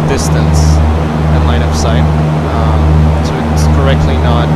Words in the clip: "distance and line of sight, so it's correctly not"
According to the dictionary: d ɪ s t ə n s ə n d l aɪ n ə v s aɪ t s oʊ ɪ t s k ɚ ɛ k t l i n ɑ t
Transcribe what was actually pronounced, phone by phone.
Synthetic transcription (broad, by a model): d ɪ s t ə n s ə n l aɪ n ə p s aɪ t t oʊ ɪ t s k ɚ ɛ k t l i n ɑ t